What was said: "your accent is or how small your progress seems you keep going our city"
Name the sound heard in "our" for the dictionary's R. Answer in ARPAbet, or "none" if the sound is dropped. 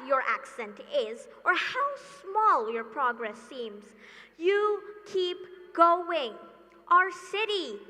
R